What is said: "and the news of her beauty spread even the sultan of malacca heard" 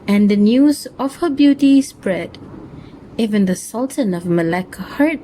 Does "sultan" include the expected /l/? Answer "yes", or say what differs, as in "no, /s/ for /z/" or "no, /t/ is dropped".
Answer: yes